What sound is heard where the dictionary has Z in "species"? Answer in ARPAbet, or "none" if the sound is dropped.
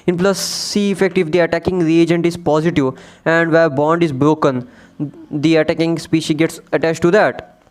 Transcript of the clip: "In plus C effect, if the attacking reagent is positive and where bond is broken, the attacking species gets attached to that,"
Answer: none